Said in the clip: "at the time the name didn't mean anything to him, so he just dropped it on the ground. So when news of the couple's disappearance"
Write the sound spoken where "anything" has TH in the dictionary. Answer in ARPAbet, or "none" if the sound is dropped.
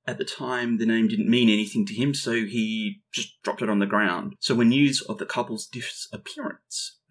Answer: TH